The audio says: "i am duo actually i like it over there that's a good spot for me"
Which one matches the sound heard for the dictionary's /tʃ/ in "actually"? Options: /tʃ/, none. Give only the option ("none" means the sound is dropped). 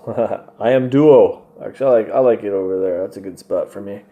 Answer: none